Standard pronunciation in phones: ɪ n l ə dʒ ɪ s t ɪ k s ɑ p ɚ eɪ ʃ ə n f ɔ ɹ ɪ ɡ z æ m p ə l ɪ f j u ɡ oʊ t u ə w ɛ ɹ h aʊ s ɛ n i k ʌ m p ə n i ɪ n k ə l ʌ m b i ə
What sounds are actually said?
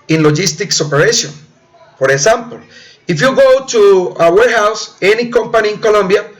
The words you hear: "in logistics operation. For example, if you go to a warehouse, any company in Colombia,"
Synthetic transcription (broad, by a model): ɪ n l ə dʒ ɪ s t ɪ k s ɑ p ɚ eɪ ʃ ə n p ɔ ɹ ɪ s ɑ m p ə l ɪ f j u ɡ oʊ t u ə w ɛ ɹ h aʊ s ɛ n i k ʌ m p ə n i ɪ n k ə l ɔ m b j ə